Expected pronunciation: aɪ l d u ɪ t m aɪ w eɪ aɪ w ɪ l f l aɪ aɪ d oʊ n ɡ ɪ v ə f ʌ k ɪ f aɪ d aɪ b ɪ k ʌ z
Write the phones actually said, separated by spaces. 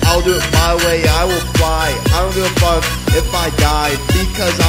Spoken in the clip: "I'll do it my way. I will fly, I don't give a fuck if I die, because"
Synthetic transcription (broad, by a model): aɪ l d u ɪ t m aɪ w eɪ aɪ w ɪ l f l aɪ aɪ d oʊ n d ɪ ə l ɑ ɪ ɪ f aɪ d aɪ b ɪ k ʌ z